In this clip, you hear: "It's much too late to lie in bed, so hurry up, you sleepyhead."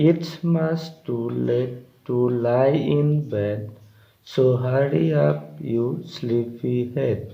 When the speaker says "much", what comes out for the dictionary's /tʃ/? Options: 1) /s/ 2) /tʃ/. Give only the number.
1